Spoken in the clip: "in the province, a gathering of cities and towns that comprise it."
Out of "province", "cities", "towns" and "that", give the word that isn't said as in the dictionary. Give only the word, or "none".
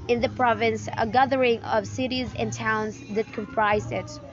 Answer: none